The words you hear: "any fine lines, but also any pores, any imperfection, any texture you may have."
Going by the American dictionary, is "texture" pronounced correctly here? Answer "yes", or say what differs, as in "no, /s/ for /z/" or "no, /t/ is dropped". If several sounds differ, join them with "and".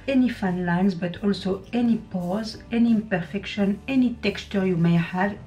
yes